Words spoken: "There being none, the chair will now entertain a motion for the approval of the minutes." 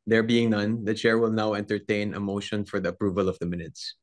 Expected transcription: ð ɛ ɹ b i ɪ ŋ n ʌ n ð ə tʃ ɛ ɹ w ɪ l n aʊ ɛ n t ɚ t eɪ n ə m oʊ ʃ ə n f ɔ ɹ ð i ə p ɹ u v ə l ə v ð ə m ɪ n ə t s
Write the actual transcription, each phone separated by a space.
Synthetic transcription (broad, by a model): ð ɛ ɹ b i ɪ ŋ n ʌ n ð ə tʃ ɛ ɹ w ɪ l n aʊ ɛ n t ɚ t eɪ n ə m oʊ ʃ ə n f ɔ ɹ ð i ə p ɹ u v ə l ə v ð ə m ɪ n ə t s